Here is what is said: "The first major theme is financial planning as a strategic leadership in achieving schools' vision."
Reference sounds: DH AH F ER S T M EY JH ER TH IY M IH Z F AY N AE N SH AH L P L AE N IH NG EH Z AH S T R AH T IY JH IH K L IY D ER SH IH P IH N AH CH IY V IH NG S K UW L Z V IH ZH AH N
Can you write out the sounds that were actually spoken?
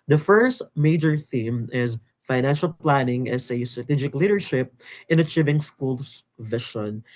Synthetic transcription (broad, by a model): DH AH F ER S T M EY JH ER TH IY M IH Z F AY N AE N SH AH L P L AE N IH NG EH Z AH S T R AH T IY JH IH K L IY D ER SH IH P IH N AH CH IY V IH NG S K UW L S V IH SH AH N